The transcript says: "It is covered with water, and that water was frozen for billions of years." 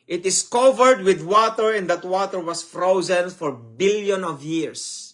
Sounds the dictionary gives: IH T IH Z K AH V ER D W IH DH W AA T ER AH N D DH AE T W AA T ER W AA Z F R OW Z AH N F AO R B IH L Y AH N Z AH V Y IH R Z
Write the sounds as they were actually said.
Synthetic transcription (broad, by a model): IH T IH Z K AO V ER D W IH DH W AA T ER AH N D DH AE T W AA T ER W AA S F R OW Z AH N F AO R B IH L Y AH N AH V Y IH R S